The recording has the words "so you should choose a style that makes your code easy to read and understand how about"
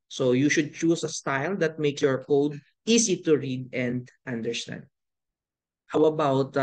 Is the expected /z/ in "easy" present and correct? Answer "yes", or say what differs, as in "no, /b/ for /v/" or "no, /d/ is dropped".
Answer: no, /s/ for /z/